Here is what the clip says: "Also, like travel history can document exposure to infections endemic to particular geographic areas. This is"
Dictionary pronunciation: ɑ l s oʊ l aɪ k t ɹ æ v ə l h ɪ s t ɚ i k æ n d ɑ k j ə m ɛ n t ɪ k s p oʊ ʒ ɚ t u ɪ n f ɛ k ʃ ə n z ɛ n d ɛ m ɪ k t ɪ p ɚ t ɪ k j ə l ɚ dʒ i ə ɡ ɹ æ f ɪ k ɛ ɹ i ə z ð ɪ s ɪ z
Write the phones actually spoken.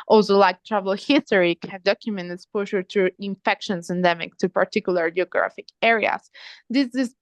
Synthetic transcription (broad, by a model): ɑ l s oʊ l aɪ k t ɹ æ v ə l h ɪ s t ɚ i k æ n d ɑ k j ə m ɛ n t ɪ s p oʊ ʃ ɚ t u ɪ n f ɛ k ʃ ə n s ɛ n d ɛ m ɪ k t ɪ p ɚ t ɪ k j l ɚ dʒ i ə ɡ ɹ æ f ɪ k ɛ ɹ i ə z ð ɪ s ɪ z